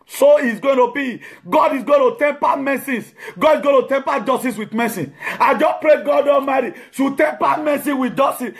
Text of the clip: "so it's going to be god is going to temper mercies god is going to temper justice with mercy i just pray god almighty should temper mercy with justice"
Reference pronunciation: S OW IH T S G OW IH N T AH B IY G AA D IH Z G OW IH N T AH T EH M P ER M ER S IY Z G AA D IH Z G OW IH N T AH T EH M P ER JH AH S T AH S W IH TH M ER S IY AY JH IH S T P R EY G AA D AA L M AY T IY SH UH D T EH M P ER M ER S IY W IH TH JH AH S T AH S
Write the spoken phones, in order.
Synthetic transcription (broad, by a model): S OW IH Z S G OW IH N T AH B IY G AA D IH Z G OW IH N T AH T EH M P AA M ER S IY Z G AA D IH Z G OW IH N T AH T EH M P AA JH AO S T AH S W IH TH M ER S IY AY JH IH S P R EY G AA D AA M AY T IY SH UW T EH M P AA M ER S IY W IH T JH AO S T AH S